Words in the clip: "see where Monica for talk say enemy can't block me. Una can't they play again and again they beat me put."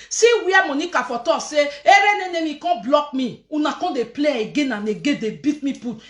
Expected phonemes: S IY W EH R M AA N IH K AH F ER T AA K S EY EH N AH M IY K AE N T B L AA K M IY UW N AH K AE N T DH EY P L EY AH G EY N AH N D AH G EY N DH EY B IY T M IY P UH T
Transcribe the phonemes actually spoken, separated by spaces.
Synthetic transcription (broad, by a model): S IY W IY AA M AA N IH K AH F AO T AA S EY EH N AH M IY K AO B L AA K M IY UW N AH K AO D EY P L EY AH G EY N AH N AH G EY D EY B IY T M IY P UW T